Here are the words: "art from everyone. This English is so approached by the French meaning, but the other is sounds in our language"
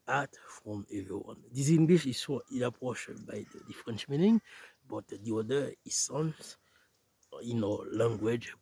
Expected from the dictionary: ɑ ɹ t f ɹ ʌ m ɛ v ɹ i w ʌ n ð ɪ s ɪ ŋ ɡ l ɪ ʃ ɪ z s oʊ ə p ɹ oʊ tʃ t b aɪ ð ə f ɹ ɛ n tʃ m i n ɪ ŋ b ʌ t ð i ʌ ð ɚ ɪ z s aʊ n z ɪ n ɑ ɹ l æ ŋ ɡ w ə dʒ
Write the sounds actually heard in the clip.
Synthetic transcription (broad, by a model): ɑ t f ɹ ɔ m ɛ v ɹ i w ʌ n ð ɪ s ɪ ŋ ɡ l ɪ ʃ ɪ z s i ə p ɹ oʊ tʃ b aɪ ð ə f ɹ ɛ n tʃ m i n ɪ ŋ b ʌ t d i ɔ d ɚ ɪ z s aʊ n s ɪ n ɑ l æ ŋ ɡ w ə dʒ